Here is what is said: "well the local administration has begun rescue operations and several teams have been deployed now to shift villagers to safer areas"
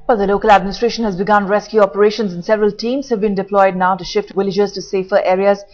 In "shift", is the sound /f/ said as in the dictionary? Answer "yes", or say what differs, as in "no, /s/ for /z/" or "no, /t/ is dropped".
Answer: yes